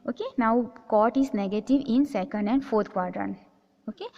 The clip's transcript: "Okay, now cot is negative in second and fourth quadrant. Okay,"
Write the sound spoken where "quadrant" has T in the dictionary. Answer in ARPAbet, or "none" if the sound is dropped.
none